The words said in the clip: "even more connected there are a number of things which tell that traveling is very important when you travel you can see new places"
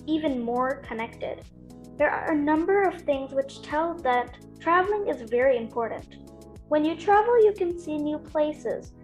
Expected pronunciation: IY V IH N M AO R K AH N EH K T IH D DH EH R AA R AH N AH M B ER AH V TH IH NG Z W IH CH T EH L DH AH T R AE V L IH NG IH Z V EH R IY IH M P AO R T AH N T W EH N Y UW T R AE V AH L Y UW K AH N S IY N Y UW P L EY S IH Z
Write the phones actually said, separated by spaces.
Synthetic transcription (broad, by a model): IY V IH N M AO R K AH N EH K T IH D DH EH R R AH N AH M B ER AH V TH IH NG Z W IH CH T EH L DH AH T R AE V L IH NG IH Z V EH R IY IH M P AO R T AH N T W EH N Y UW T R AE V L Y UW K AH N S IY N Y UW P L EY S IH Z